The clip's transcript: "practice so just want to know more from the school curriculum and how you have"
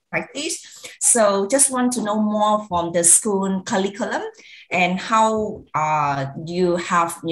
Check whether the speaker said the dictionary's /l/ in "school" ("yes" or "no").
no